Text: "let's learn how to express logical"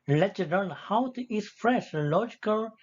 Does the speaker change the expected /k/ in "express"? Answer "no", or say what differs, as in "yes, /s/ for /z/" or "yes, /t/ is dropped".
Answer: yes, /k/ is dropped